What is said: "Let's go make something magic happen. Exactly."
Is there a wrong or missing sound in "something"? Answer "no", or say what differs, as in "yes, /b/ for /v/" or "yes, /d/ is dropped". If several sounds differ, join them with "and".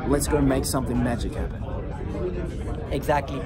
no